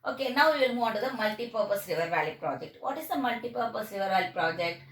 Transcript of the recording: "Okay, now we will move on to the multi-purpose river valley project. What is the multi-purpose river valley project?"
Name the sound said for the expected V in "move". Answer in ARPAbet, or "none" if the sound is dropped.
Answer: none